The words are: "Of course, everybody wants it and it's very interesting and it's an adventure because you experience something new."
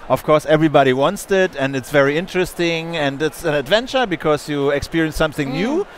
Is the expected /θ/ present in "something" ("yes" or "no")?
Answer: yes